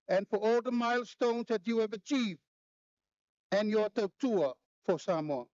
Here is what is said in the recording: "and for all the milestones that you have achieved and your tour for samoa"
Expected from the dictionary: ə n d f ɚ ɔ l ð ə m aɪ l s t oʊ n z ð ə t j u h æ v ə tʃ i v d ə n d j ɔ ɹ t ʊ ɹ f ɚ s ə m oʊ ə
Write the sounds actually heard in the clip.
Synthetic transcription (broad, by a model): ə n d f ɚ ɔ l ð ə m aɪ l s t oʊ n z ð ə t j u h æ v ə tʃ i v ə n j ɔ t t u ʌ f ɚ s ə m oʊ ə